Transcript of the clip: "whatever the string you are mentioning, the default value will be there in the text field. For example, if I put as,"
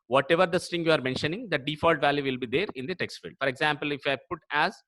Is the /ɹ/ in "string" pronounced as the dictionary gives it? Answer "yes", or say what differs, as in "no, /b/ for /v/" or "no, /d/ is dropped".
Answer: no, /ɹ/ is dropped